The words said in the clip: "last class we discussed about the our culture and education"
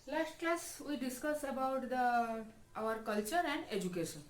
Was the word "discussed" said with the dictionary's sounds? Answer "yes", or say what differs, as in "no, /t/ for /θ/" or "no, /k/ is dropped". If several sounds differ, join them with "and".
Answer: no, /t/ is dropped